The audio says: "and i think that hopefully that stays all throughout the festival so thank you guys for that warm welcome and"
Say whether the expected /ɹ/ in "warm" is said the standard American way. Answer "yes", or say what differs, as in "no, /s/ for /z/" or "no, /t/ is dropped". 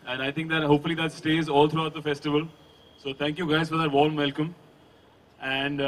no, /l/ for /ɹ/